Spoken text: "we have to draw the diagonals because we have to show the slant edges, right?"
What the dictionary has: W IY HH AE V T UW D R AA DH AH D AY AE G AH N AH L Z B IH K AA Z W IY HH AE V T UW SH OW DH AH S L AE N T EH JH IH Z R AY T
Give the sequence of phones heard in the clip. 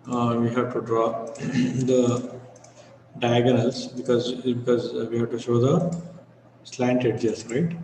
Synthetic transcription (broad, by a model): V IY HH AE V T UW D R AA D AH D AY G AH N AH L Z B IH K AA Z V IY HH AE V T UW SH OW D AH S L AE N T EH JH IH S R AY T